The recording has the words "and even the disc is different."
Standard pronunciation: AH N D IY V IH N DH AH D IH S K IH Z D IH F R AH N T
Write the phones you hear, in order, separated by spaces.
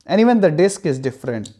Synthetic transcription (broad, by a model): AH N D IY V IH N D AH D IH S K IH Z D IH F R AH N T